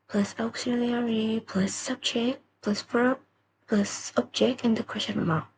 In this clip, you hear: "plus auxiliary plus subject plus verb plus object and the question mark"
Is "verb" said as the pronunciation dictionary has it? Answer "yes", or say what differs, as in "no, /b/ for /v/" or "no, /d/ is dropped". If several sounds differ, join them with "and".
no, /f/ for /v/